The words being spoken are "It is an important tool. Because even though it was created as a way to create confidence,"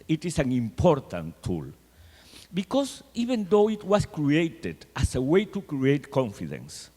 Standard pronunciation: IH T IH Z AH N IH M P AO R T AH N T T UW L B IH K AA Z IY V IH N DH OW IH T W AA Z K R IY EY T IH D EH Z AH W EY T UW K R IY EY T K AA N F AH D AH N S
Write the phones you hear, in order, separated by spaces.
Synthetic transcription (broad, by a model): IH T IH S AH N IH M P AO R T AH N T T UW L B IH K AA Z IY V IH N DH OW IH T W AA S K R IY EY T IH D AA S AH W EY T UW K R IY EY T K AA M F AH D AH N S